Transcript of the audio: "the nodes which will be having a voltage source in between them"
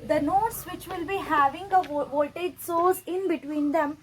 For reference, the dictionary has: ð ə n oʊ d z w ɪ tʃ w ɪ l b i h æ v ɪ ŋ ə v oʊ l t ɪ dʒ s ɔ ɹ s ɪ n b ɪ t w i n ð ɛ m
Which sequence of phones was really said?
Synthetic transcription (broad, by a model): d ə n oʊ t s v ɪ tʃ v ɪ l b i h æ v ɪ ŋ ə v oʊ t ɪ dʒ s ɔ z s ɪ n b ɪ t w i n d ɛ m